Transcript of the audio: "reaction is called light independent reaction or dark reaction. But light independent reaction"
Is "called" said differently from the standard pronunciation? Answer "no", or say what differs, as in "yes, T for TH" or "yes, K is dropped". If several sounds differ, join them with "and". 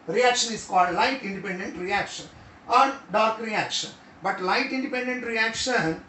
no